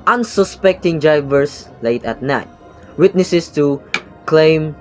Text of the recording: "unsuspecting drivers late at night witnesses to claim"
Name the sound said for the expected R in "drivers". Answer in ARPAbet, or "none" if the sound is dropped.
none